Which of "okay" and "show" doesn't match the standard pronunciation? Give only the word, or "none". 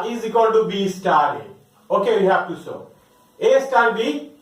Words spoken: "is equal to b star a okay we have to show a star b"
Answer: show